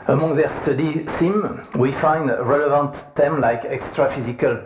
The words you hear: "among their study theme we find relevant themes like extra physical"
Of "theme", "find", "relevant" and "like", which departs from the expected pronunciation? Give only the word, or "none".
theme